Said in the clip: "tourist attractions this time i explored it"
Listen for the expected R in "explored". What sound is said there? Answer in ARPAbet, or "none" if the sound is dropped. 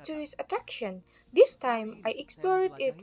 R